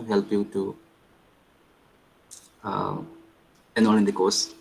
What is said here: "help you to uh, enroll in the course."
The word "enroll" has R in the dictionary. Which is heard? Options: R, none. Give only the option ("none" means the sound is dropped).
none